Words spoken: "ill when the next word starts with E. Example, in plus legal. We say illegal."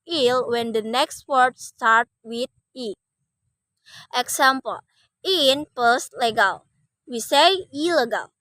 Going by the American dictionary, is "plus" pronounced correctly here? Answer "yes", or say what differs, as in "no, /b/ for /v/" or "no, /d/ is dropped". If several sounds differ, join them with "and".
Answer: no, /l/ is dropped